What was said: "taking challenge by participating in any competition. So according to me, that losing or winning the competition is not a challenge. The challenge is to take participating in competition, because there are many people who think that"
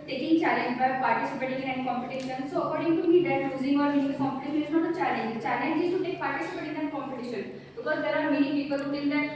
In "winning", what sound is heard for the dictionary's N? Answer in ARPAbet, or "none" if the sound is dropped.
none